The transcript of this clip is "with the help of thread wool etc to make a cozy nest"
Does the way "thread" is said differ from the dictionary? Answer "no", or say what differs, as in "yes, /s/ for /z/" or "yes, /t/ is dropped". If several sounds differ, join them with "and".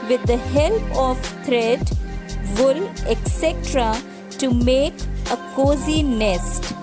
yes, /t/ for /θ/